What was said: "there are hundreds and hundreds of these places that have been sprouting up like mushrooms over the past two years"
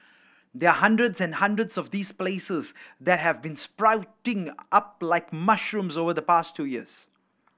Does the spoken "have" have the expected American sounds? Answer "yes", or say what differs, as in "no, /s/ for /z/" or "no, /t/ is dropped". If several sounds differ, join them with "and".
yes